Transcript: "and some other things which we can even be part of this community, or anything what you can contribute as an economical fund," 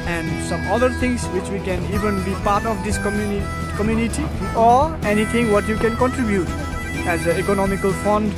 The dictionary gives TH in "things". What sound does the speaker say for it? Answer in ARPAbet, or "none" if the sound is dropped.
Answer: T